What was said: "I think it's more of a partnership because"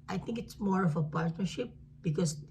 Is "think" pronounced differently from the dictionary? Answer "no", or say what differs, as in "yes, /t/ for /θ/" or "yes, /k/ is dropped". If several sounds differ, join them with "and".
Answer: yes, /t/ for /θ/